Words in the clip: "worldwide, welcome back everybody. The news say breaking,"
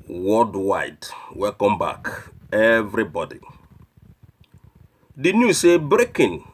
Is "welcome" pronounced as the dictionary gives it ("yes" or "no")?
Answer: no